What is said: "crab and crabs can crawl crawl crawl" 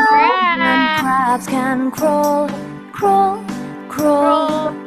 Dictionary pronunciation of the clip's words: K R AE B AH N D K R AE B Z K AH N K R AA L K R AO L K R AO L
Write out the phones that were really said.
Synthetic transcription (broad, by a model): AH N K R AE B K AH N K R AA L K R AO L K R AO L